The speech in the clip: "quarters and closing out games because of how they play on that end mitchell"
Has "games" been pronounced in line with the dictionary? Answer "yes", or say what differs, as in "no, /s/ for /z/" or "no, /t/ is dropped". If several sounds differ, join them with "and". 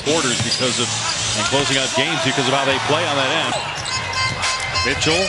yes